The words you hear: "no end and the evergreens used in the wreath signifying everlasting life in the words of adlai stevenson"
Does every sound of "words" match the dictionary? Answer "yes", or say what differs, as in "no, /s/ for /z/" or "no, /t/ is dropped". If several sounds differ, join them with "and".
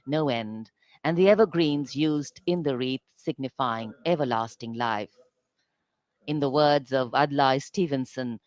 yes